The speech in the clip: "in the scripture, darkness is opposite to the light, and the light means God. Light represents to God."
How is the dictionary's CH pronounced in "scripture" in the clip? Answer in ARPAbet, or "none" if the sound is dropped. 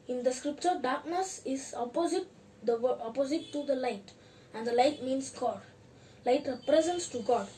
CH